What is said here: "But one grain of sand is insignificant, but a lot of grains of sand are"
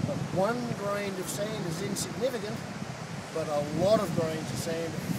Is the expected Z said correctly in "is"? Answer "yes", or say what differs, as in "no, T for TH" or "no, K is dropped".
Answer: yes